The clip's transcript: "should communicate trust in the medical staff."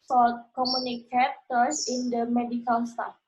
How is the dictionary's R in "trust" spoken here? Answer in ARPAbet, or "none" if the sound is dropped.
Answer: none